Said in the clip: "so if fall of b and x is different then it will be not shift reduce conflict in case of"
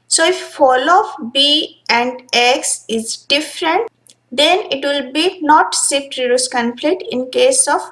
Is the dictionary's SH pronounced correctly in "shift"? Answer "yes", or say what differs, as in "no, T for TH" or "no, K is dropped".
no, S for SH